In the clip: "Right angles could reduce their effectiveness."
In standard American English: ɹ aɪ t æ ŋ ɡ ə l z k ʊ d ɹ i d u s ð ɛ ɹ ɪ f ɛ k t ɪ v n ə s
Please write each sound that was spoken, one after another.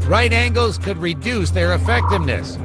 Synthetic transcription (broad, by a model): ɹ aɪ t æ ŋ ɡ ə l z k ʊ d ɹ i d u s ð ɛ ɹ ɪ f ɛ k t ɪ v n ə s